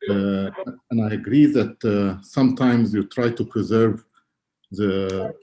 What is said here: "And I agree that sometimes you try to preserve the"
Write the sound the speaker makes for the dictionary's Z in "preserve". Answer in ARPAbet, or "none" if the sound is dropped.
Z